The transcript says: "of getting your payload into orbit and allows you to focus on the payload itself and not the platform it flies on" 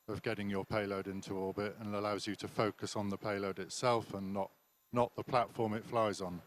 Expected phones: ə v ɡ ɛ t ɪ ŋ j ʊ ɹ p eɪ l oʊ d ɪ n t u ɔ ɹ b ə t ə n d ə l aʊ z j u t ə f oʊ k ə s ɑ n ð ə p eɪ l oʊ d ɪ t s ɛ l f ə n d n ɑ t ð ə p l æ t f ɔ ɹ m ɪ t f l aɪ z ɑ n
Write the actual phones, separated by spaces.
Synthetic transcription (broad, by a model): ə v ɡ ɛ t ɪ ŋ j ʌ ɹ p eɪ l oʊ d ɪ n t u ɔ l b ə t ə n ə l aʊ z j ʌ t ə f oʊ k ə s n ð ə p eɪ l oʊ d ɪ t s ɛ l f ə n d n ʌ t ð ə p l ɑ t f ɔ ɹ m ɪ t f l aɪ z n